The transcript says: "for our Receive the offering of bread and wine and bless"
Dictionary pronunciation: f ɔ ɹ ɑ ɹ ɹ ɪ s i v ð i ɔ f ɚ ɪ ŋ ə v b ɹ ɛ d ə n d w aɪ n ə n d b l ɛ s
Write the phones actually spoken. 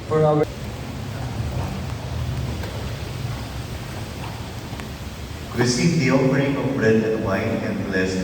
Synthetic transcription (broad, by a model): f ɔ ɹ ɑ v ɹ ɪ s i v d i ɔ p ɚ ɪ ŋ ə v b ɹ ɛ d ə n d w aɪ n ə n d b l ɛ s